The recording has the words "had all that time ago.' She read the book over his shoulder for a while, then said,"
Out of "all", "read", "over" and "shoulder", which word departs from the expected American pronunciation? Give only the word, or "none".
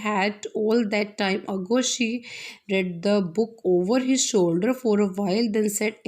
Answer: none